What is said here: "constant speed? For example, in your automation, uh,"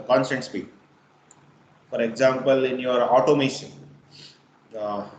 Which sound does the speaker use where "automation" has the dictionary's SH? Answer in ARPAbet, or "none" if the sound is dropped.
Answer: S